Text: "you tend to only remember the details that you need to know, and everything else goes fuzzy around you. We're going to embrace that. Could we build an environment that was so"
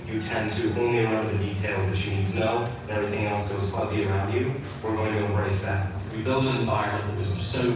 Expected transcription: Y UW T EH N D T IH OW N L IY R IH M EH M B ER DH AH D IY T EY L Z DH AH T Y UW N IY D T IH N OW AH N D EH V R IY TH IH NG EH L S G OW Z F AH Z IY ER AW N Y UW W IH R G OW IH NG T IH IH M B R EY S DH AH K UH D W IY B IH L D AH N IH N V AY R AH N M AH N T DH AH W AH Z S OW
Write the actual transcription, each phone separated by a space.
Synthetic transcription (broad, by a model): Y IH T EH N T IH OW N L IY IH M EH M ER DH AH D IY T EY L Z DH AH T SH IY N IY D T IH N OW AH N EH V R IY TH IH NG EH L S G OW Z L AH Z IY ER AW N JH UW W IH R G OW IH NG T IH IH M B R EY S DH AH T W IY B IH L D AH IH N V AY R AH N AH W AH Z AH S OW